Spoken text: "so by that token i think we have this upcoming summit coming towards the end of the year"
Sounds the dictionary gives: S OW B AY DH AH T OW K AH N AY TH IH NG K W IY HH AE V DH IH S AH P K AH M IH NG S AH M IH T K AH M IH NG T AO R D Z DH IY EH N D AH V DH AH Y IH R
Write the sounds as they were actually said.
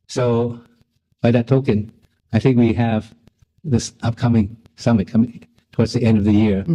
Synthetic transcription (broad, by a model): S OW B AY DH AH T OW K AH N AY TH IH NG K W IY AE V DH IH S AH P K AH M IH NG S AH M IH T K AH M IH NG T AO R D Z DH IY EH N D AH V DH AH Y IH R